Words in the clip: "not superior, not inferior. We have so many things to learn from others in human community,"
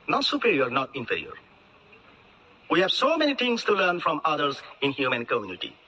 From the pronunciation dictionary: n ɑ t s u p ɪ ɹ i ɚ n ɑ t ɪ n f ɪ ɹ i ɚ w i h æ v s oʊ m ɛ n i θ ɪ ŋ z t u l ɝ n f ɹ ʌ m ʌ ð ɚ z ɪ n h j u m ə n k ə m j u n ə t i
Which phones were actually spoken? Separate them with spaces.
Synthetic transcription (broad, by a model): n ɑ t s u p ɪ ɹ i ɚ n ɑ t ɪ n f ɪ ɹ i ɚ w i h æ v s oʊ m ɛ n i t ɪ ŋ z t u l ɝ n f ɹ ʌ m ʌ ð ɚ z ɪ n h j u m ə n k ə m j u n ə t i